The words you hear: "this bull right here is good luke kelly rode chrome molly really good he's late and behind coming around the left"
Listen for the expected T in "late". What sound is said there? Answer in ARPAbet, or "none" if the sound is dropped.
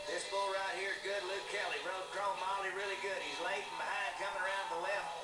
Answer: none